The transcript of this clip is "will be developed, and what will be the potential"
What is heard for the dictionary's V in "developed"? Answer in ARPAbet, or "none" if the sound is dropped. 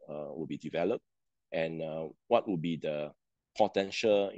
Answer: V